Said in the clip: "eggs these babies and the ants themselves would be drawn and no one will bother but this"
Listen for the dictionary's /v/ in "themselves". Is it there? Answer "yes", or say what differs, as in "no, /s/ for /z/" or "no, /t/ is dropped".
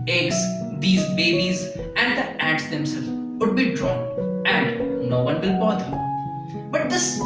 no, /v/ is dropped